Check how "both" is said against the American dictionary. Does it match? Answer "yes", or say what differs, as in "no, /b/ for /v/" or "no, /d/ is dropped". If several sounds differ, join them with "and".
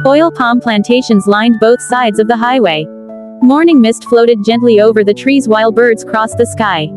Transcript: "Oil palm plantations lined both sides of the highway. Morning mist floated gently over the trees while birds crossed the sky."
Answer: yes